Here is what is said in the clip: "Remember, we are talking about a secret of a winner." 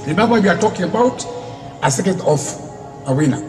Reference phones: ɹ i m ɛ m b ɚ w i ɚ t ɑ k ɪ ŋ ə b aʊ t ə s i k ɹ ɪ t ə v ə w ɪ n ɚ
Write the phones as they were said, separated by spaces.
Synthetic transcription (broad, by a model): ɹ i m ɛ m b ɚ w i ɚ t ɑ k ɪ ŋ ə b aʊ t ə s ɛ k ɪ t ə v ə w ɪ n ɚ